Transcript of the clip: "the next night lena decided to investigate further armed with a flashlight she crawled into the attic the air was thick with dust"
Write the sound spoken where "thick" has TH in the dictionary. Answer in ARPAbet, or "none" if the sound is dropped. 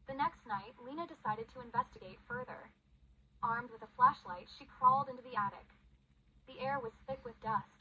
TH